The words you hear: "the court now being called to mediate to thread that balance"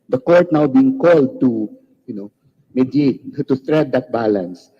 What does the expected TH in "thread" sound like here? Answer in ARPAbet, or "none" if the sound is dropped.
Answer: T